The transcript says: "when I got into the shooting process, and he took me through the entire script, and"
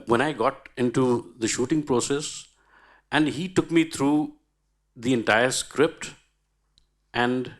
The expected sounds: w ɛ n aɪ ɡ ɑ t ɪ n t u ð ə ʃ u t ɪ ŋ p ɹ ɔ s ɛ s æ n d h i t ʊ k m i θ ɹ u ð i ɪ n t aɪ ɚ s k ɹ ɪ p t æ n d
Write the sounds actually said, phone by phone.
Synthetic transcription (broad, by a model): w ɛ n aɪ ɡ ɑ t ɪ n t u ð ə ʃ u t ɪ ŋ p ɹ ɔ s ɛ s æ n d h i t ʊ k m i t ɹ u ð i ɪ n t aɪ ɚ s k ɹ ɪ p t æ n d